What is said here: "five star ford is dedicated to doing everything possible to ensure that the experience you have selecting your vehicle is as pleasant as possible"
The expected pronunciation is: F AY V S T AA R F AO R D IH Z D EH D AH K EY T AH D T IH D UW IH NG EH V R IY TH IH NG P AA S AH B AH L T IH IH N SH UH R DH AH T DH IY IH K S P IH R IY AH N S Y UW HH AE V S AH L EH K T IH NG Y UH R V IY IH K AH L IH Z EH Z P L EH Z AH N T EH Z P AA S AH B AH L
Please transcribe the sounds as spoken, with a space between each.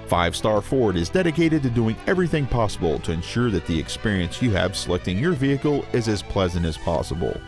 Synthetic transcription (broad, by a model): F AY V S T AA R F AO R D IH Z D EH D AH K EY T AH D T IH D UW IH NG EH V R IY TH IH NG P AA S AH B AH L T IH IH N SH UH R DH AH T DH IY IH K S P IH R IY AH N S Y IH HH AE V S AH L EH K T IH NG Y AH R V IY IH K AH L IH Z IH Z P L EH Z AH N T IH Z P AA S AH B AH L